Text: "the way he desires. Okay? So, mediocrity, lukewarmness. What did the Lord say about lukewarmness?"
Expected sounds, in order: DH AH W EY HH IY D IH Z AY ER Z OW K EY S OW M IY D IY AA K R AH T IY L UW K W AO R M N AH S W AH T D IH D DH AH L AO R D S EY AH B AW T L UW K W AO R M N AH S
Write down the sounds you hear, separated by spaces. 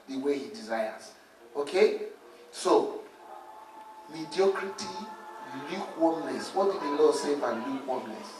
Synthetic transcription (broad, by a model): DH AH W EY HH IY D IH Z AY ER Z OW K EY S OW M IY D IY AA K R AH T IY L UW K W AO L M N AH S W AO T D IH D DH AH L AO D S EY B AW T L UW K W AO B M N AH S